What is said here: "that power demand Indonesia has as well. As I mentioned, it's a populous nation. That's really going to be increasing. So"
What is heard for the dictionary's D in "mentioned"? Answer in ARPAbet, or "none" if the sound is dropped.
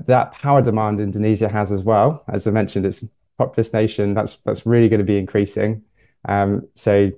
D